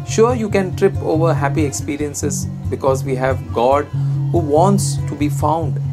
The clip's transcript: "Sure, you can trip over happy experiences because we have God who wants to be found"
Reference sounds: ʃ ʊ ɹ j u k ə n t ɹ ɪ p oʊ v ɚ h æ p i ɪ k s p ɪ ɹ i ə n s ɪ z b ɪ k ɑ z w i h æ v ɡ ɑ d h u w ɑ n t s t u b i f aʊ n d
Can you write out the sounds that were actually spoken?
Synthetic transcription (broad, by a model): ʃ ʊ ɹ j u k ə n t ɹ ɪ p oʊ v ɚ h æ p i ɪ k s p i ɹ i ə n s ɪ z b ɪ k ɑ z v i h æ v ɡ ɑ d h u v ɑ n t s t u b i f aʊ n d